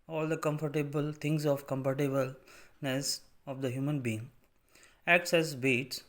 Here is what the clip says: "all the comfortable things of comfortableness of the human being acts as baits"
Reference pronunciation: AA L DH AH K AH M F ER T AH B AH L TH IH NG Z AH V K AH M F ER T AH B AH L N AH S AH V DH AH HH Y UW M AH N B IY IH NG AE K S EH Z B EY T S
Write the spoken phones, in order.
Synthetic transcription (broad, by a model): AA L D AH K AH M F ER T AH B AH L T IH NG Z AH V K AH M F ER T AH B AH L N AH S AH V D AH HH Y UW M AH N B IY IH NG AE K S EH S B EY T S